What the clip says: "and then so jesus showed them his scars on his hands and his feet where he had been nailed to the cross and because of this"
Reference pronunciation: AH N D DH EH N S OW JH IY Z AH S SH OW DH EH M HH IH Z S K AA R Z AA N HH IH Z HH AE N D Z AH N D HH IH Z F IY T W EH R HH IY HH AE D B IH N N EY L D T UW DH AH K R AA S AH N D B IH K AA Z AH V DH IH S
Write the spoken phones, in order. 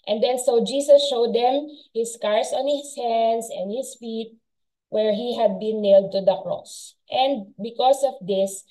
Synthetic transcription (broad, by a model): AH N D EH N S OW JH IY S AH S SH OW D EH M HH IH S K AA R S AA N HH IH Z HH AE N D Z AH N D HH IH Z F IY T W EH R HH IY HH AE D B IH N N EY L D T UW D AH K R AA S AH N D B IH K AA S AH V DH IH S